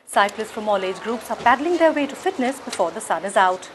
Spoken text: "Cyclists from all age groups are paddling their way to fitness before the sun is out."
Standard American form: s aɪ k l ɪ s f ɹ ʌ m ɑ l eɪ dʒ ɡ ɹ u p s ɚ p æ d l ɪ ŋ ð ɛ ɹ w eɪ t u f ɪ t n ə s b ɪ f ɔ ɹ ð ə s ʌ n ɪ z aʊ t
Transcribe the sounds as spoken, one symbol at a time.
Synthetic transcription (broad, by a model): s aɪ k l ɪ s f ɹ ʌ m ɑ l eɪ dʒ ɡ ɹ u p s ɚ p æ d l ɪ ŋ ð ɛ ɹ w eɪ t u f ɪ t n ə s b ɪ f ɔ ɹ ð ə s ʌ n ɪ z aʊ t